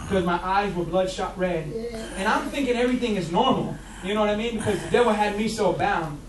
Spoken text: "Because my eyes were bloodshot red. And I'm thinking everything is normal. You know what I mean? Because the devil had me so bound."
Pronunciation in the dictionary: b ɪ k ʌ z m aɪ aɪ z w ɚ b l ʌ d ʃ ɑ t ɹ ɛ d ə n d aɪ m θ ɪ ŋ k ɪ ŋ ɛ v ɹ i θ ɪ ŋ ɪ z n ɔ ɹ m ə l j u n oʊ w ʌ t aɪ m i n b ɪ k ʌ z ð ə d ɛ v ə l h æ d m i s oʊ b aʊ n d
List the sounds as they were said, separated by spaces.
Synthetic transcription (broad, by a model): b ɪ k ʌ z m aɪ aɪ z w ɚ b l ʌ d ʃ ɑ t ɹ ɛ d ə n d aɪ m θ ɪ ŋ k ɪ ŋ ɛ v ɹ i θ ɪ ŋ ɪ z n ɔ ɹ m l j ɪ n oʊ w ʌ t aɪ m i n b ɪ k ʌ z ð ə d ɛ w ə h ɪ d m i s oʊ b aʊ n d